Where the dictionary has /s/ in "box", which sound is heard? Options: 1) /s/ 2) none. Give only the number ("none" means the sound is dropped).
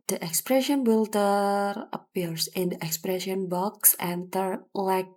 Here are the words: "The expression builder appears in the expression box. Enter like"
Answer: 1